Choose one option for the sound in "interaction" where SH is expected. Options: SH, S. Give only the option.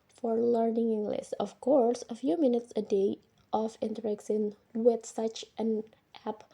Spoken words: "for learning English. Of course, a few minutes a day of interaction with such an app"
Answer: S